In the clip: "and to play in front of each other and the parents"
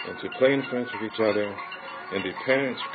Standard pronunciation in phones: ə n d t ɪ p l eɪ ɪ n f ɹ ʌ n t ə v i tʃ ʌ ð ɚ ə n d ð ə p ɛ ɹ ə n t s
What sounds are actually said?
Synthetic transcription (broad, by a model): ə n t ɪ p l eɪ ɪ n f ʌ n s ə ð i tʃ ʌ ð ɚ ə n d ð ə p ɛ ɹ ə n t s